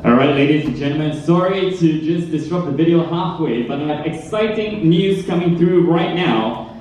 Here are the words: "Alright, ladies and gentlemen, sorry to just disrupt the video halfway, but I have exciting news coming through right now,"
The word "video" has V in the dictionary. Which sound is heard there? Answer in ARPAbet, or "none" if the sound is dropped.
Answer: V